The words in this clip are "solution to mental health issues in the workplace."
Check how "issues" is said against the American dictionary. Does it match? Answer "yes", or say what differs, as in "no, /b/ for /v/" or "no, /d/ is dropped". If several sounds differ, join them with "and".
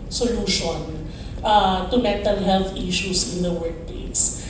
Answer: no, /s/ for /z/